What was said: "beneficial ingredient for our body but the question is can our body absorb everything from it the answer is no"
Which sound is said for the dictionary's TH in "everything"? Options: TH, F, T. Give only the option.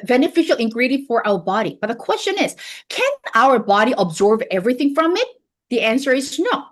TH